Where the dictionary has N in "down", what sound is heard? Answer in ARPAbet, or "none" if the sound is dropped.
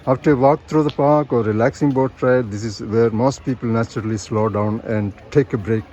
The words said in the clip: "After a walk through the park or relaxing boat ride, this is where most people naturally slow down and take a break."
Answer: N